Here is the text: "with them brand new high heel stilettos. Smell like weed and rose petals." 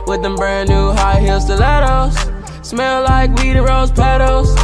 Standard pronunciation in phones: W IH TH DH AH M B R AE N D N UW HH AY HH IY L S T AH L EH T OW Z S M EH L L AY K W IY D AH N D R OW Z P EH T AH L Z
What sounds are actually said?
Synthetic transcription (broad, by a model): W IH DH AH M B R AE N N UW HH AY HH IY L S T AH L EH T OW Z S M EH L L AY K W IY D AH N R OW Z P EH T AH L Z